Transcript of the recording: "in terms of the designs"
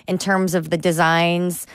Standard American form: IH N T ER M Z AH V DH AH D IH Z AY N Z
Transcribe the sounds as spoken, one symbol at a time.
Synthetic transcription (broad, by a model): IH N T ER M Z AH V DH AH D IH Z AY N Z